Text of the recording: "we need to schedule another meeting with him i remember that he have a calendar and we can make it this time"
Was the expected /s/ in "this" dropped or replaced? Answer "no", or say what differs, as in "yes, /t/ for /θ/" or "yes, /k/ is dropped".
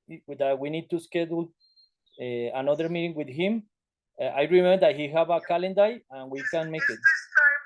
yes, /s/ is dropped